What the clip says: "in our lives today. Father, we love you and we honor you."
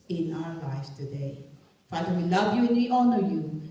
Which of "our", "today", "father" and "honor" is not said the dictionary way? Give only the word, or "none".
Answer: none